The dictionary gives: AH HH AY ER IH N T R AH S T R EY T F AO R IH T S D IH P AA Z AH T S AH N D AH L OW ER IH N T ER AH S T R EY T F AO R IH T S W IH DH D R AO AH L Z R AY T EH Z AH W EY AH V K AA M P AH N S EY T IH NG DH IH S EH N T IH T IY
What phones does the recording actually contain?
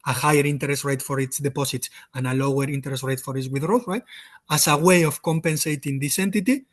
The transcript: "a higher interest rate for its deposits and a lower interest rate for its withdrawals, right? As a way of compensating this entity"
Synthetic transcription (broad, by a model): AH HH AY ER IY N T R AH S T R EY T F AO R IH T S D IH P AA S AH T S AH N AH L OW ER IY N T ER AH S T R EY T F AO R IH T S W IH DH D R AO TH R AY T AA S AH W EY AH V K AA M P AH N S EY T IH NG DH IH S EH N T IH T IY